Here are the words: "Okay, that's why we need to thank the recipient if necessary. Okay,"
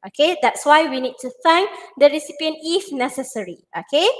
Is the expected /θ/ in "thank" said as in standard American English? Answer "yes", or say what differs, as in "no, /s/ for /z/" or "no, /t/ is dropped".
no, /f/ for /θ/